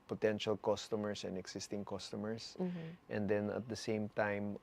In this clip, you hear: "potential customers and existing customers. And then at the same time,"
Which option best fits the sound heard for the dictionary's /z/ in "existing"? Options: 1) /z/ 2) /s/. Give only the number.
2